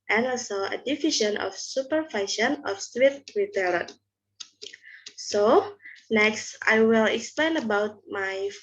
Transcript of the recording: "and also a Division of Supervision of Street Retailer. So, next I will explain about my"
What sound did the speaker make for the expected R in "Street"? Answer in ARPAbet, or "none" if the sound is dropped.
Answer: W